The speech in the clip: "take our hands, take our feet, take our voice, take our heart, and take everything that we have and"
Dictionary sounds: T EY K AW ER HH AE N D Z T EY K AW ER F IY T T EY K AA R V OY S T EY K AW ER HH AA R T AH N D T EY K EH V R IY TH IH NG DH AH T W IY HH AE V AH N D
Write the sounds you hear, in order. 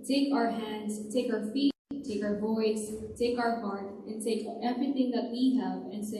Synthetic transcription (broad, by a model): T EY K AW ER HH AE N D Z T EY K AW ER F IY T T EY K AA R V OY S T EY K AW ER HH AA R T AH N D T EY K EH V R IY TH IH NG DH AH T W IY HH AE V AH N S